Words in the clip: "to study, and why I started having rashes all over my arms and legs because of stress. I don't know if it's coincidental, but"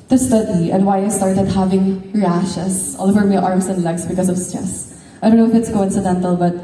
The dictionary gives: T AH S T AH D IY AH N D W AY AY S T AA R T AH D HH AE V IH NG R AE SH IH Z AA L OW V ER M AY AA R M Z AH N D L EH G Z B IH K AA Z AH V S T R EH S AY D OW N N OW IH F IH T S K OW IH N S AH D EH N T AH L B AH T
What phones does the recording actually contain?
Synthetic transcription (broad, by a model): T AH S T AH D IY AH N D W AY AY S T AA R T AH D HH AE V IH NG R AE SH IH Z AA L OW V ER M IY AA R M S AH N D L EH G S B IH K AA S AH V S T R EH S AY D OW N N OW IH F IH T S K OW IH N S AH D EH N T AH L B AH T